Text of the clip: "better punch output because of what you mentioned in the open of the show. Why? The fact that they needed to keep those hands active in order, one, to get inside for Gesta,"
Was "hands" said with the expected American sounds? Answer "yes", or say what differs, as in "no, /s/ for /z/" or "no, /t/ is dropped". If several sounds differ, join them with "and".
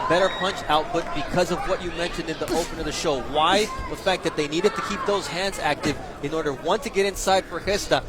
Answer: yes